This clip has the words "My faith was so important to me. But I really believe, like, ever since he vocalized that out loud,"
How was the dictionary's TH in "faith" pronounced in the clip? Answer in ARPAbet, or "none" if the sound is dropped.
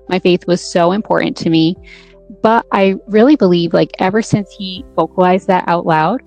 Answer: TH